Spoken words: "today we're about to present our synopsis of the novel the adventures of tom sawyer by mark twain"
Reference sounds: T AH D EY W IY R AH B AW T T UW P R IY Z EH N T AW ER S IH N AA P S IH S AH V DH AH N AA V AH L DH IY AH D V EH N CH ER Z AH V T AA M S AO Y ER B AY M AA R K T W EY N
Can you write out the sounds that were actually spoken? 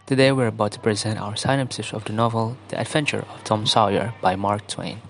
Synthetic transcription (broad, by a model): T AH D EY W IY R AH B AW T T UW P R IY Z EH N T AW ER S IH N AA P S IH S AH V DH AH N AA V AH L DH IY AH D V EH N CH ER AH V T AA M S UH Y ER B AY M AA R K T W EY N